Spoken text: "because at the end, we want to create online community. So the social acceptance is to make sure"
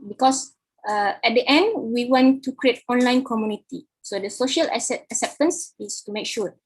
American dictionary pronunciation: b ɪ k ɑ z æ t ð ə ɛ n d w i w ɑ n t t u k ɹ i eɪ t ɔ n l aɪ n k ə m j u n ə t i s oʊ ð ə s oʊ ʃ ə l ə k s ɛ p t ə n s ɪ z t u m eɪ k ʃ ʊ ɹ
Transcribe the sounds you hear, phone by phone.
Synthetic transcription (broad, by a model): b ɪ k ɑ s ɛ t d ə ɛ n d w i w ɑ n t t u k ɹ i eɪ t ɔ n l aɪ n k ə m j u n ə t i s oʊ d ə s oʊ ʃ ə l ə k s ɛ p t ə n s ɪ s t u m eɪ k ʃ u